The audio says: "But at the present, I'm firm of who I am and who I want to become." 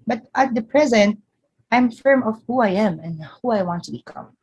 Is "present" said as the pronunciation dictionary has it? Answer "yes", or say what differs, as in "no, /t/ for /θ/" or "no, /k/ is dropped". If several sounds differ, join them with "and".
yes